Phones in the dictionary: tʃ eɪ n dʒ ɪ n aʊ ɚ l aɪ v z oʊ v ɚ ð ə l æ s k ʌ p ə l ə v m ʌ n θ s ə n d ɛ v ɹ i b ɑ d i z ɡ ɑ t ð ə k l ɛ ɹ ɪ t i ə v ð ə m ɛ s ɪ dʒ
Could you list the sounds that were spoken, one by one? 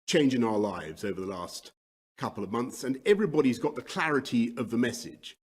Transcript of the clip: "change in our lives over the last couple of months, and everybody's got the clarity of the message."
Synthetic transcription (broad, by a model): tʃ eɪ n dʒ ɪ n aʊ ɚ l aɪ v z oʊ v ɚ ð ə l æ s k ʌ p l ə v m ʌ n θ s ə n ɛ v ɹ i b ɑ d i z ɡ ɑ t ð ə k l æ ɹ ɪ t i ə v ð ə m ɛ s ɪ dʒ